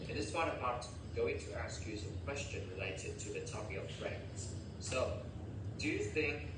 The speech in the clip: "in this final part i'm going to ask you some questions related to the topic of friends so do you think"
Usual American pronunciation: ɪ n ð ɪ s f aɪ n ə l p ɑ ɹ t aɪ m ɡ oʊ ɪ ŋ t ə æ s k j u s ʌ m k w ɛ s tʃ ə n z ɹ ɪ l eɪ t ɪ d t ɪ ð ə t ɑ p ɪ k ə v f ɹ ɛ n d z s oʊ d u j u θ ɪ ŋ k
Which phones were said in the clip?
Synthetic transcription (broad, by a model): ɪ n ð ɪ s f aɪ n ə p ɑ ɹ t ɡ oʊ ɪ ŋ t ə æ s k j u s ʌ m k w ɛ s tʃ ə n ɹ ɪ l eɪ t ɪ d t ɪ ð ə t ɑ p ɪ ə v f ɹ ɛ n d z s oʊ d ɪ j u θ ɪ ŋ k